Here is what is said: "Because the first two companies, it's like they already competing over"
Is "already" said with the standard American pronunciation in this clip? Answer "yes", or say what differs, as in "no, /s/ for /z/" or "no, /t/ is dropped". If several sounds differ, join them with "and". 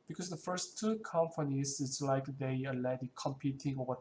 no, /ɹ/ is dropped